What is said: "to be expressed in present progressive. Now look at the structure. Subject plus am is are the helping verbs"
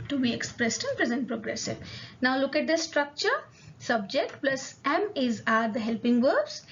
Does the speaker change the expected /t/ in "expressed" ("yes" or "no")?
no